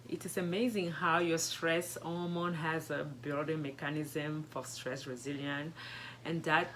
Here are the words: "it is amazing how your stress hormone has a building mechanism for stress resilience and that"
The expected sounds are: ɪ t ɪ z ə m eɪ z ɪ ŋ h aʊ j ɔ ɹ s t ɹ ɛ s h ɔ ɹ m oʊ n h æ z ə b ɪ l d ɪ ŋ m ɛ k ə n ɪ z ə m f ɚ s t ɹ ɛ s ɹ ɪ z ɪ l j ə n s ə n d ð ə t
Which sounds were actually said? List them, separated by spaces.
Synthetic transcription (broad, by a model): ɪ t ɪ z ə m eɪ z ɪ ŋ h aʊ j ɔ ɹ s t ɹ ɛ s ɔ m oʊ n h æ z ə b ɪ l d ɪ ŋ m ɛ k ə n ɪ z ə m f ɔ s t ɹ ɛ s ɹ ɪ z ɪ l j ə n ə n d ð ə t